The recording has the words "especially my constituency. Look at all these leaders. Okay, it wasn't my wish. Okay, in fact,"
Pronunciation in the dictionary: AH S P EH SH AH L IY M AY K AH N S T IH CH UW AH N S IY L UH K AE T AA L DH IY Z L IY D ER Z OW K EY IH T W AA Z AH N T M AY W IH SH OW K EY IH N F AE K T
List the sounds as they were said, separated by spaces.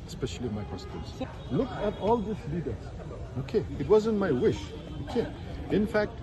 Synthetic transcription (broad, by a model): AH S P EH SH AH L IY M AY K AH S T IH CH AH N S L UH K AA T AA L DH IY S L IY D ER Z OW K EY IH T W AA Z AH N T M AY W IH SH OW K EY IH N F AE K T